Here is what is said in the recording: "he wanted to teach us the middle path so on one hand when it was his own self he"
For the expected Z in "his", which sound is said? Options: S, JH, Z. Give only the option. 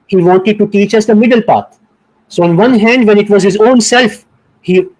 Z